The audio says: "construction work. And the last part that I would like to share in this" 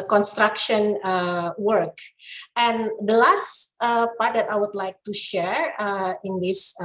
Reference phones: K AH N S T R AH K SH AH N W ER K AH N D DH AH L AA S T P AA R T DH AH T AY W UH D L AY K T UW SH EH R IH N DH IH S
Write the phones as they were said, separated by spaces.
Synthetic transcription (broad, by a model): K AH N S T R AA K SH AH N W ER K AH N D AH L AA S T P AA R T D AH T AY W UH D L AY K T UW SH EH R IH N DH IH S